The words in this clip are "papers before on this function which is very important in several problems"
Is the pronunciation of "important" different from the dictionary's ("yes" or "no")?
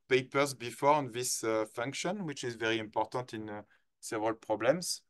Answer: no